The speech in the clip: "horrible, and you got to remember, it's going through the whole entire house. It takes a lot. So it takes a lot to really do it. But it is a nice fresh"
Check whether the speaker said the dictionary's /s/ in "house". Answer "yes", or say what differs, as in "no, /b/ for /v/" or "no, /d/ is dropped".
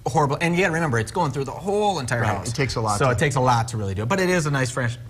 no, /s/ is dropped